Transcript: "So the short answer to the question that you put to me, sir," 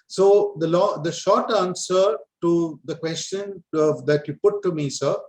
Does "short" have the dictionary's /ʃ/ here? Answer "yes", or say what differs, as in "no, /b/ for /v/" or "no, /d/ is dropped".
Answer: yes